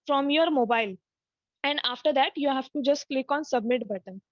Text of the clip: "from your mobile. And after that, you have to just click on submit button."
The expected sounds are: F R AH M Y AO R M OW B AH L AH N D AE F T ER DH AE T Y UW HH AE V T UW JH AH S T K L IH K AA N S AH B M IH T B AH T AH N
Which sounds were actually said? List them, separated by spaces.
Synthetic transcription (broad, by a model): F R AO M Y AO R M OW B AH L AH N D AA F T ER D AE T Y UW HH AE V T UW JH AH S T K L IH K AA N S AH B M IH T B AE T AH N